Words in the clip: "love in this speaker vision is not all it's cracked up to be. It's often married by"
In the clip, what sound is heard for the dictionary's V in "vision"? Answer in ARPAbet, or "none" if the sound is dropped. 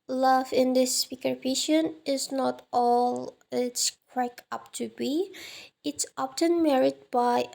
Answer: P